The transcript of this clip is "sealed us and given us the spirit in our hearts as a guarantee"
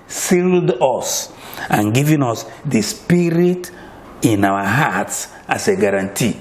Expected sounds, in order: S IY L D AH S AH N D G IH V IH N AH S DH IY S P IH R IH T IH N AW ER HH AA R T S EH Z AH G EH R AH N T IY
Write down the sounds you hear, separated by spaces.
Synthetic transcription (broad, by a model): S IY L D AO S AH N G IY V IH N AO S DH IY S P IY R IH T IH N AW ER HH AA T S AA S AH G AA R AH N T IY